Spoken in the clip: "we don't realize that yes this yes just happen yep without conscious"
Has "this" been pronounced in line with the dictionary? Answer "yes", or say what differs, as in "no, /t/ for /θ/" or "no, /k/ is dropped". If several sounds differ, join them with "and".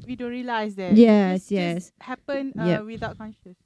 no, /s/ is dropped